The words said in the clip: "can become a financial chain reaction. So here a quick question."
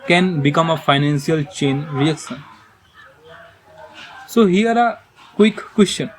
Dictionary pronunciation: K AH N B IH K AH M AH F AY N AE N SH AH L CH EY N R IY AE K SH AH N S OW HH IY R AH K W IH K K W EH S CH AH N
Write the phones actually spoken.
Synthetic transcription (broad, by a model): K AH N B IH K AH M AH F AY N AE N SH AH L CH EY N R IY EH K S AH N S OW HH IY R AH K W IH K K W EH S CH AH N